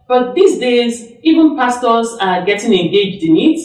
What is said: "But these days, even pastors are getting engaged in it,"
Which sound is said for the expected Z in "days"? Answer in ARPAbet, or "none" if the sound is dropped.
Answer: Z